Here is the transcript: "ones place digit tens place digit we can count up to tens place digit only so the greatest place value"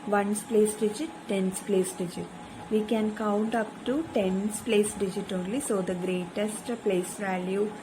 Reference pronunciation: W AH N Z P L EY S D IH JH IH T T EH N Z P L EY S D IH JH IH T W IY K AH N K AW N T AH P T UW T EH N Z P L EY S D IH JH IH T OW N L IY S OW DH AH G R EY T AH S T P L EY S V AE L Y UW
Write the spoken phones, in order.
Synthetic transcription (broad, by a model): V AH N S P L EY S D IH JH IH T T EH N S P L EY S D IH JH IH T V IY K AH N K AW N T AH P T UW T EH N S P L EY S D IH JH IH T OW L L IY S OW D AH G R EY T AH S T P L EY S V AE L Y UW